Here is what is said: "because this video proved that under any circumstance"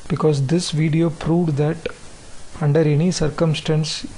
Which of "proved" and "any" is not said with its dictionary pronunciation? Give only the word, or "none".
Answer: none